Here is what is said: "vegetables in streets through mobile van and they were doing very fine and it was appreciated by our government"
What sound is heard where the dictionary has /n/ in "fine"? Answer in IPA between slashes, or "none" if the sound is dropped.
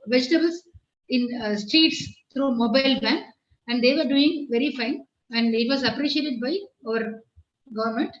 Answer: /n/